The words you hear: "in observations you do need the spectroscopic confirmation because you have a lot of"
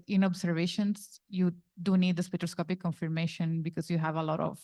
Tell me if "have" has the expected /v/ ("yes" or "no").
yes